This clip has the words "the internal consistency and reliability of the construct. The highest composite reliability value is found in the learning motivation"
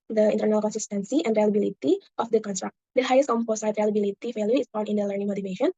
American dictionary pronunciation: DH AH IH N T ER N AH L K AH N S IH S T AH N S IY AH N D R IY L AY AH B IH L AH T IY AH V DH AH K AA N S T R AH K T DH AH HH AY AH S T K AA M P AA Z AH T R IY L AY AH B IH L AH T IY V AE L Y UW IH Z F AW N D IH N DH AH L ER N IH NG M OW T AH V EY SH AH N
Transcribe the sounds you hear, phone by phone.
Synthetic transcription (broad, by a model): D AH IH N T ER N AH L K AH N S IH S T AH N S IY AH N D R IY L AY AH B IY L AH T IY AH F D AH K AA N S T R AH K T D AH HH AY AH S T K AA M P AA S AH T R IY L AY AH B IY L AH T IY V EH L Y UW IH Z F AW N IH N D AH L ER N IH NG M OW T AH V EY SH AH N